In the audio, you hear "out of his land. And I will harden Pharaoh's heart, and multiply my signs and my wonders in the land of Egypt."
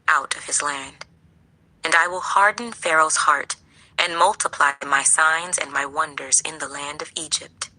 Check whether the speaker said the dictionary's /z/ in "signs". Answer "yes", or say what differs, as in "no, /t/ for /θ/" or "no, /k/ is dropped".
yes